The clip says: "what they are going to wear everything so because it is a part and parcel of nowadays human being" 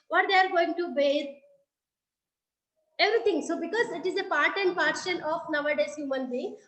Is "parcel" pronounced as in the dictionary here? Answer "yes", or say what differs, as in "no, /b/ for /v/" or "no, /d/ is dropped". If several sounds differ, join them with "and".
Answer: no, /ʃ/ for /s/ and /n/ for /l/